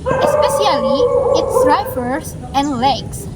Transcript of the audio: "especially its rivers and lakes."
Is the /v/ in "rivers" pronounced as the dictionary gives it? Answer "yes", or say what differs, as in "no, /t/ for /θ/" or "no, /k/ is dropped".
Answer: no, /f/ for /v/